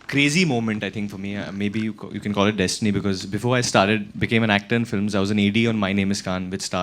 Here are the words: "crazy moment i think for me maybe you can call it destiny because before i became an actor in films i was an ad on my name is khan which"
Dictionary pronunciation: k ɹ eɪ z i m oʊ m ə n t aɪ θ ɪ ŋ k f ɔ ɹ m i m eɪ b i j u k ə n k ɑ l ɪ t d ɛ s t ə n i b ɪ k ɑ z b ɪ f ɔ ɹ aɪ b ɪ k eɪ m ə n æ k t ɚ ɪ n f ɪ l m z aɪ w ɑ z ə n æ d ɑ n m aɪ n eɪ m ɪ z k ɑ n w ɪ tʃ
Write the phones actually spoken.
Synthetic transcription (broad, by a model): k ɹ eɪ z i m oʊ m ə n t aɪ t ɪ ŋ k f ɔ ɹ m i m eɪ b i j u k ə n k ɑ l ɪ t d ɛ s t ə n i b ɪ k ɑ z b ɪ f ɔ ɹ aɪ b ɪ k eɪ m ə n æ k t ɚ ɪ n f ɪ l m z aɪ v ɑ z ə n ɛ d ɑ n m aɪ n eɪ m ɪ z k ɑ n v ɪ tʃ